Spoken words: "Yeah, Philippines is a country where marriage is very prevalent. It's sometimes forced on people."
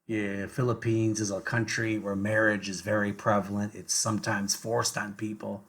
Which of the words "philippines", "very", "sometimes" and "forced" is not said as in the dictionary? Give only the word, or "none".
none